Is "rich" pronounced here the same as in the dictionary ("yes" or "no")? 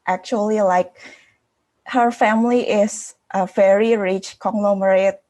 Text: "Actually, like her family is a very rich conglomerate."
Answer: yes